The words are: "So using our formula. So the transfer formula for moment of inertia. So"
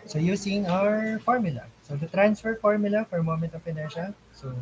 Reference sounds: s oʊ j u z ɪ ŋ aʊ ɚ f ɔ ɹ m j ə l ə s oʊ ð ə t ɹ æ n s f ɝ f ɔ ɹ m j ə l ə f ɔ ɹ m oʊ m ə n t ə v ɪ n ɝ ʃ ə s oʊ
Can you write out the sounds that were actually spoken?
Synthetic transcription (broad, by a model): s oʊ j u s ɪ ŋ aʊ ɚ f ɔ ɹ m j ə l ə s oʊ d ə t ɹ æ n s f ɝ f ɔ ɹ m j ə l ə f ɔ ɹ m oʊ m ə n t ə p ɪ n ɝ ʃ ə s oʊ